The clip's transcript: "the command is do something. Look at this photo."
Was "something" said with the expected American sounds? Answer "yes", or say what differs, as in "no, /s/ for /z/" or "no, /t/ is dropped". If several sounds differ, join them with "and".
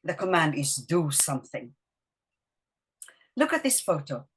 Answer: yes